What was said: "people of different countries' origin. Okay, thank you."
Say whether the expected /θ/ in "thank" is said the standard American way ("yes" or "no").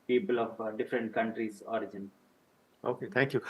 no